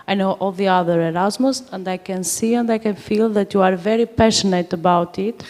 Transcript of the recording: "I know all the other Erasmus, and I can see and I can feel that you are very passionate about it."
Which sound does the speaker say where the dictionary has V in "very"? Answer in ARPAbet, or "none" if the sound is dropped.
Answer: V